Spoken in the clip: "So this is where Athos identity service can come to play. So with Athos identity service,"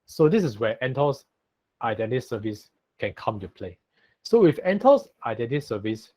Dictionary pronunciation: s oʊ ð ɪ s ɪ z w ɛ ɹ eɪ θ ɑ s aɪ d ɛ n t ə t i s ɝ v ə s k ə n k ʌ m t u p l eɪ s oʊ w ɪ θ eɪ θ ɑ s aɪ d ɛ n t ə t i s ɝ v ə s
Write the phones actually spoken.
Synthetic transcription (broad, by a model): s oʊ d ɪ s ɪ s w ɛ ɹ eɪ t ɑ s aɪ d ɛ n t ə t s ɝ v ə s k ə n k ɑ m t u p l eɪ s oʊ w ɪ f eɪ t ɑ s aɪ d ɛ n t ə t s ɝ v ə s